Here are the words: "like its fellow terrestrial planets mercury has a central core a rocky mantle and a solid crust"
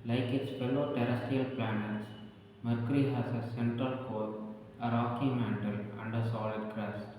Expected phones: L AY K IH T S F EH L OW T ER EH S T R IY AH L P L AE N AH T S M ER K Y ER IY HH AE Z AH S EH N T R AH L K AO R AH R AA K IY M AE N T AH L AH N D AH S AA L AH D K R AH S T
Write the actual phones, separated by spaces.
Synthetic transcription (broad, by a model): L AY K IH T S F EH L OW T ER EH S T IY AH L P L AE N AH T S M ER K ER IY HH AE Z AH S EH N T AH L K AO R AH R AA K IY M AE N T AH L AH N D AH S AA L AH D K R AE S